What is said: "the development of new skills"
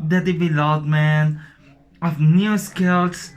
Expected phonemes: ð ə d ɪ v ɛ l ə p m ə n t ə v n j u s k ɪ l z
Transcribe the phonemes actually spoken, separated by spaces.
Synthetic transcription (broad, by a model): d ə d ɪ b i l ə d m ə n ə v n j u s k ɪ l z